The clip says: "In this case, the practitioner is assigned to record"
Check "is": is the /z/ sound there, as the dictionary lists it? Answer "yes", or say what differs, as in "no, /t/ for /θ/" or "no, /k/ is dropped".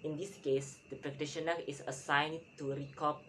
no, /s/ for /z/